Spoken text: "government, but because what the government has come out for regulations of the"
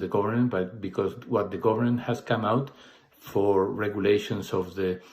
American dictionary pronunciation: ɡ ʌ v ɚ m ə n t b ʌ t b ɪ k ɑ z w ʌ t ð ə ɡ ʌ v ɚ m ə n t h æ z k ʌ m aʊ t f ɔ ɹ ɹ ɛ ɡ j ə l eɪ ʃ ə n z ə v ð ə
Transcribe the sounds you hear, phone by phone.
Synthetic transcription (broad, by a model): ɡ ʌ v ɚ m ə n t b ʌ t b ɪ k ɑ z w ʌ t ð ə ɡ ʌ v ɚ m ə n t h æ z k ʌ m aʊ t f ɔ ɹ ɹ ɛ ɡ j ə l eɪ ʃ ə n s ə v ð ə